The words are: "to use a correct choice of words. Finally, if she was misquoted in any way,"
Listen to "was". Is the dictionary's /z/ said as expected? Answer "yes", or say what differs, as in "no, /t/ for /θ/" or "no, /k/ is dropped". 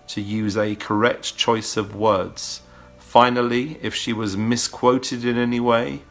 yes